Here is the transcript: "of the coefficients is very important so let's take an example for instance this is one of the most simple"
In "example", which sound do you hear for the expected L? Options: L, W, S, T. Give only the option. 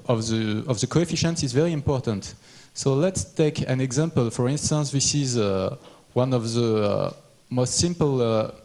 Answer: L